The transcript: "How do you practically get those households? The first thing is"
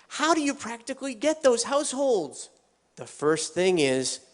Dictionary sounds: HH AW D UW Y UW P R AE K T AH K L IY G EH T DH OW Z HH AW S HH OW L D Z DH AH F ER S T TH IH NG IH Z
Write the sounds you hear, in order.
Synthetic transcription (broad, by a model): HH AW D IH Y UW P R AE K T AH K L IY G EH T DH OW Z HH AW S HH OW L D Z DH AH F ER S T TH IH NG IH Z